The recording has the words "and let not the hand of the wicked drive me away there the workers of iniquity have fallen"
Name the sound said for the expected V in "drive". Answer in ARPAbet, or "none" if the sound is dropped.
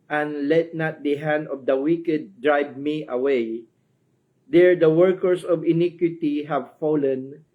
B